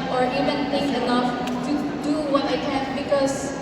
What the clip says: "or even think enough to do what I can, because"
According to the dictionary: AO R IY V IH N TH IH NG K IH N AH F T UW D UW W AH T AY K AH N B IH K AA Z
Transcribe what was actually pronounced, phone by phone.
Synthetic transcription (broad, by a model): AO R IY V IH N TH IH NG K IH L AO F T UW D UW W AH T AY K AH N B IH K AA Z